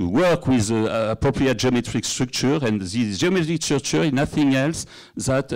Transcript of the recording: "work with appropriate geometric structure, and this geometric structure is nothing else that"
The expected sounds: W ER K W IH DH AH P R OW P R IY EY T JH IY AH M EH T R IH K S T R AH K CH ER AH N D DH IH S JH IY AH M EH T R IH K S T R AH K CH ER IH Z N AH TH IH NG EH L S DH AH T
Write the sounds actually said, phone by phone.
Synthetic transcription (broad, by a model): W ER K W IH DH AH P R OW P R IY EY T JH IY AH M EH T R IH K S T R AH K CH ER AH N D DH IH JH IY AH M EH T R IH K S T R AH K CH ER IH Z N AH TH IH NG EH L S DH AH T